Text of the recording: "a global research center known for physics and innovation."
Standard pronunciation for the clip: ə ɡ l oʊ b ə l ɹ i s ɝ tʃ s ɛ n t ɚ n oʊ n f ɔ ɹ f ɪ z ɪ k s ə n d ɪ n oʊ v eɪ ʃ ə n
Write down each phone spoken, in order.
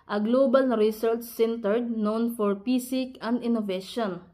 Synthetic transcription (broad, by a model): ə ɡ l oʊ b ə l ɹ i s ɝ tʃ s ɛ n t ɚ n oʊ n f ɔ ɹ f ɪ s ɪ k ə n d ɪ n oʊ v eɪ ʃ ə n